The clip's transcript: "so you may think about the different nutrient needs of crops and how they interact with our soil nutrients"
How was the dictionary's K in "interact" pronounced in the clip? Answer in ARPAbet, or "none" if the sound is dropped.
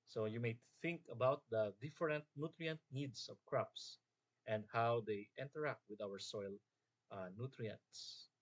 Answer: K